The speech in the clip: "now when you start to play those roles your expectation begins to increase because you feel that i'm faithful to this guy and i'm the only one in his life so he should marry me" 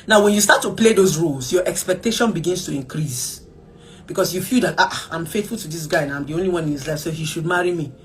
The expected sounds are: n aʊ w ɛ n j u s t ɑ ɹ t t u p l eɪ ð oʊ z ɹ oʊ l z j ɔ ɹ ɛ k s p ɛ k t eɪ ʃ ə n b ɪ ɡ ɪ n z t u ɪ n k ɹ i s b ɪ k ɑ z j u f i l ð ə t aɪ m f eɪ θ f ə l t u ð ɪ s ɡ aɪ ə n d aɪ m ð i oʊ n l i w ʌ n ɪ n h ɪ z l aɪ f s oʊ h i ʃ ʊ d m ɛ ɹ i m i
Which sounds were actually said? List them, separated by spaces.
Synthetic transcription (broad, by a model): n aʊ w ɛ n j u s t ɑ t t u p l eɪ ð oʊ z ɹ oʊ l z j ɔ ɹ ɛ k s p ɛ k t eɪ ʃ ə n b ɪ ɡ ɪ n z t u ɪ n k ɹ i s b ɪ k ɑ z j u f i l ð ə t aɪ m f eɪ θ f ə l t u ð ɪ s ɡ aɪ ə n aɪ m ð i oʊ n l i w ʌ n ɪ n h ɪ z l aɪ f s oʊ h i ʃ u d m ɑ ɹ i m i